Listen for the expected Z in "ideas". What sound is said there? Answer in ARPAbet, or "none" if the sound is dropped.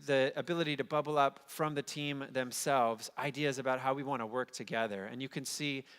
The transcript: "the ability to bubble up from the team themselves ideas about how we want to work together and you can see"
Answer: Z